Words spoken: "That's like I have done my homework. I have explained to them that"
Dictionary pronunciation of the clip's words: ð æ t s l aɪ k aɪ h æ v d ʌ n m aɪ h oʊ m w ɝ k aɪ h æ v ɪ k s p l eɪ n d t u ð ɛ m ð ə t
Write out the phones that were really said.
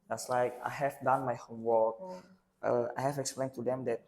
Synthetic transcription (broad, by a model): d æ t s l aɪ k aɪ h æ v d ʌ n m aɪ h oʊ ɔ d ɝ aɪ h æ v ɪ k s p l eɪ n t u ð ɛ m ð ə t